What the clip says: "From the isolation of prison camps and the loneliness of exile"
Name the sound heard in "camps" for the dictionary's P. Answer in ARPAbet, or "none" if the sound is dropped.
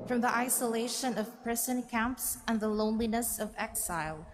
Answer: P